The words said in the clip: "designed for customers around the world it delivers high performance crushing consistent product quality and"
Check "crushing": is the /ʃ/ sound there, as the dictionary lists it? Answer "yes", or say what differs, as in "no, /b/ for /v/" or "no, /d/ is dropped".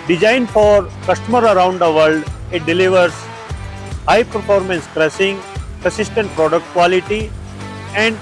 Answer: no, /s/ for /ʃ/